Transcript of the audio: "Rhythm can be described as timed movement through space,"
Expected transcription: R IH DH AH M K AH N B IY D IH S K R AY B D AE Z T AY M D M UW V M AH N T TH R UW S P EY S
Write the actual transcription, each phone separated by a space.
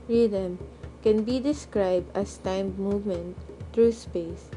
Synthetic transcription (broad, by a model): R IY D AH M K AH N B IY D IH S K R AY B D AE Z T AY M M UW V M AH N T T R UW S P EY S